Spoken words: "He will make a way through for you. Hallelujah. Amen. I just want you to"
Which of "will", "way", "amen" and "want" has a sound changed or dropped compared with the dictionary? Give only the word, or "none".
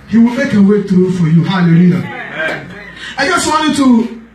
amen